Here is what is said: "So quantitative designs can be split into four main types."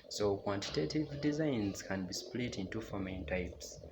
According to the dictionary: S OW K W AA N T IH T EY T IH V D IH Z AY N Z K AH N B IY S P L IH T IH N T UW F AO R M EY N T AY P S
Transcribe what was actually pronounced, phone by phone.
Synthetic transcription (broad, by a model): S OW K W AA N T IH T EY T IH V D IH Z AY N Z K AH N B IY S P L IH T IH N T UW F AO M EY N T AY P S